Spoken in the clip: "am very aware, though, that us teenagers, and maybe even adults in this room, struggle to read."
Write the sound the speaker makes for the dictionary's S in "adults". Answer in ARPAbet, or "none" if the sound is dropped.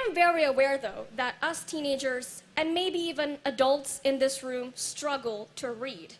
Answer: S